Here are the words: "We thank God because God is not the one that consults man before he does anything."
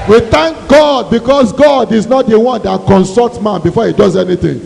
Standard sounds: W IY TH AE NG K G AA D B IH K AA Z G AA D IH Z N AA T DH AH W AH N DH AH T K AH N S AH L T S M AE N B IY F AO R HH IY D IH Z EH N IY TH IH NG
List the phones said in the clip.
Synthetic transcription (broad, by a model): W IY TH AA NG K G AA D B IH K AA S G AA D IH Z N AA T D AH W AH N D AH T K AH N S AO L T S M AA N B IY F AO HH IY D IH Z EH N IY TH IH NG